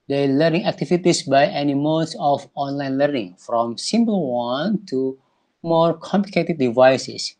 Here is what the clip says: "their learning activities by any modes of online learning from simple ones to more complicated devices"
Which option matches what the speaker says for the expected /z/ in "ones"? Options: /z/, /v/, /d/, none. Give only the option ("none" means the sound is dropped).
none